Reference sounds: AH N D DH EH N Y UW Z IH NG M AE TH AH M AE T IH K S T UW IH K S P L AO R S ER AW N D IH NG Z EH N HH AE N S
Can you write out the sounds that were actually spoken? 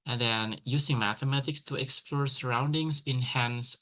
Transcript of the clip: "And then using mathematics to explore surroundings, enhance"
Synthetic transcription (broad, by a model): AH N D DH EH N Y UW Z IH NG M AE TH AH M AE T IH K S T UW IH K S P L AO R S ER AW N D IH NG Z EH N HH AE N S